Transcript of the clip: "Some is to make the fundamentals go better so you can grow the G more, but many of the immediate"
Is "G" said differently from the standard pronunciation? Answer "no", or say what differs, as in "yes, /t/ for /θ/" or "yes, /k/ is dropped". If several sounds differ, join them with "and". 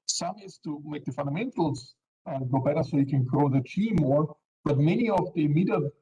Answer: yes, /tʃ/ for /dʒ/